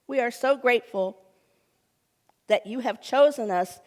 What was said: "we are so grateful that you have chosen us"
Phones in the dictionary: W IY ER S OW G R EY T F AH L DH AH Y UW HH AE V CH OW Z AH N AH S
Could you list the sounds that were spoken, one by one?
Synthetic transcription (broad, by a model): W IY ER S OW G R EY T F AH L DH AH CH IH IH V CH OW Z AH N AH S